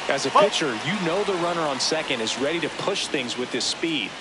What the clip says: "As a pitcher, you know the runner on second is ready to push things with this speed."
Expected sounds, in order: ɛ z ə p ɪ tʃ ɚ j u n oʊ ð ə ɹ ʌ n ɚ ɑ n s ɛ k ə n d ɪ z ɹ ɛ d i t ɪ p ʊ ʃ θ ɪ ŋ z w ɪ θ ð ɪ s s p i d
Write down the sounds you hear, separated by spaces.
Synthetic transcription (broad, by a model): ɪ z ə p ɪ tʃ ɚ j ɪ n oʊ ð ə ɹ ʌ n ɚ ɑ n s ɛ k ə n d ɪ z ɹ ɛ d i t ɪ p ʊ ʃ θ ɪ ŋ z w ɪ ð ɪ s s p i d